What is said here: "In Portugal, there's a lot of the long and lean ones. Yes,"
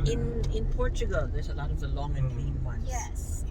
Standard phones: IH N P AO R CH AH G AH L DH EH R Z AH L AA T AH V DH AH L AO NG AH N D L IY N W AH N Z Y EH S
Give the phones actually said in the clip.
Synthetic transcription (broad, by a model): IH N P AO R CH AH G AH L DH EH R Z AH L AA T AH V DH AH L AO NG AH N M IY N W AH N Y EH S